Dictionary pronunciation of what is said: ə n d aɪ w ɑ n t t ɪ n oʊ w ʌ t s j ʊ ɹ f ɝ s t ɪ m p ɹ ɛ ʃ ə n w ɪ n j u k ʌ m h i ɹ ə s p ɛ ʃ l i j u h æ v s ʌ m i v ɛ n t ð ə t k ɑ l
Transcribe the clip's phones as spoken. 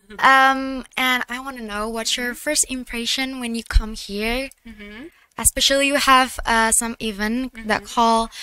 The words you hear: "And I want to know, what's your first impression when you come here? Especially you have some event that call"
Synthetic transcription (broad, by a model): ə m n aɪ w ɑ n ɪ n oʊ w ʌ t j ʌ ɹ f ɝ s t ɪ m p ɹ ɛ ʃ ə n w ɪ n j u k ʌ m h i ɹ ə s p ɛ ʃ l i j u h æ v s ʌ m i v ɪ n ð ə t k ɑ l